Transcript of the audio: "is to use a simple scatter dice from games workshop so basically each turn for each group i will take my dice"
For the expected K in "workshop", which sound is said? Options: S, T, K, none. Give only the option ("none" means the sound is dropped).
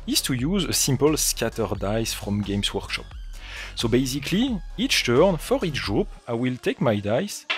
K